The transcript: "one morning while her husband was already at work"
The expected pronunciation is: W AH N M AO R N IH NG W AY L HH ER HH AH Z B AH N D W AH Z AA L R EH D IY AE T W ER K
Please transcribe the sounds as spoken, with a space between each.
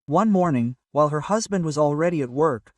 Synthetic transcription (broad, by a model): W AH N M AO R N IH NG W AY L HH ER HH AH Z B AH N D W AH Z AA L R EH D IY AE T W ER K